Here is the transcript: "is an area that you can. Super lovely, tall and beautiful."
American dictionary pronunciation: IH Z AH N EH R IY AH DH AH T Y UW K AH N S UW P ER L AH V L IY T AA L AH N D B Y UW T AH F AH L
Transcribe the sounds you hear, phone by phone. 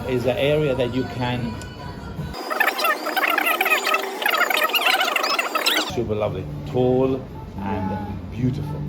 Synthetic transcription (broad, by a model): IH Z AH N EH R IY AH DH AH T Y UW K AH N SH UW B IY L AH V L IY T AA L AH N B Y UW T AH F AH L